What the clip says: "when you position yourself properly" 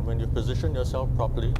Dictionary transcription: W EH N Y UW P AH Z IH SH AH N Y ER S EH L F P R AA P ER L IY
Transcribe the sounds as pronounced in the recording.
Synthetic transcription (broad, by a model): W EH N Y UW P AH Z IH SH AH N Y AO S EH L F P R AA P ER L IY